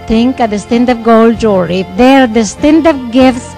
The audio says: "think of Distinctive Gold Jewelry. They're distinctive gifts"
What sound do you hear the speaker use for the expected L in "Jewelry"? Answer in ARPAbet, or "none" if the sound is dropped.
none